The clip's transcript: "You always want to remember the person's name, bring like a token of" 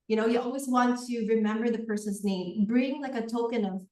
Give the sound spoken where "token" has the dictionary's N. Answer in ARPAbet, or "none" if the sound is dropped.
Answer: N